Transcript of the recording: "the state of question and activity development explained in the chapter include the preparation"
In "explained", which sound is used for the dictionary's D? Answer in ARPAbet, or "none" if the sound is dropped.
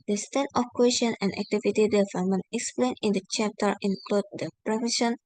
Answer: none